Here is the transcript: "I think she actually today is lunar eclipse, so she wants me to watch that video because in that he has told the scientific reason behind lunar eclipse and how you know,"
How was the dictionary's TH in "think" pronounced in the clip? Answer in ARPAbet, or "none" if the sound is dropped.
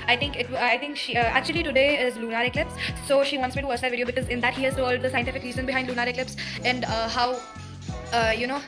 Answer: T